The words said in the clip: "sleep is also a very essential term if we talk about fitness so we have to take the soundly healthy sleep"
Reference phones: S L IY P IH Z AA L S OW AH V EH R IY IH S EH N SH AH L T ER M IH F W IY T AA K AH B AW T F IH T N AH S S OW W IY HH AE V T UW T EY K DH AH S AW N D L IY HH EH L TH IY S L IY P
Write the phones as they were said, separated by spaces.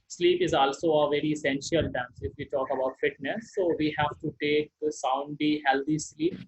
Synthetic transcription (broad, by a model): S L IY P IH Z AA L S OW AH V EH R IY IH S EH N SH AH L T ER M IH F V IY T AA K AH B AW T F IH T N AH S S OW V IY HH AE V T UW T EY K S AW N D IY HH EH L T IY S L IY P